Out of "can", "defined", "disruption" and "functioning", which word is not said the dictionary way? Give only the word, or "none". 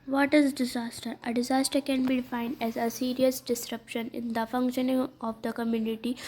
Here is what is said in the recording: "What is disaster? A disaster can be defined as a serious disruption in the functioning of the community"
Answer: none